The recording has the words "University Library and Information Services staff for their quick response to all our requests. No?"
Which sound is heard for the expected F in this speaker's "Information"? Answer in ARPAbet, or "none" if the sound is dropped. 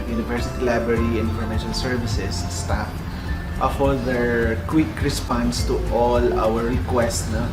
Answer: none